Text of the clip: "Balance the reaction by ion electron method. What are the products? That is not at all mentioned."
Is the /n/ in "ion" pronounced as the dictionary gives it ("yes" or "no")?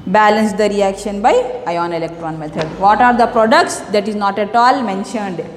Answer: yes